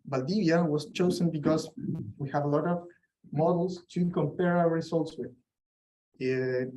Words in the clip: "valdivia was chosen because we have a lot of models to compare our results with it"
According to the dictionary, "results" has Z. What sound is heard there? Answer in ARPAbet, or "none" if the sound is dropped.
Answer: S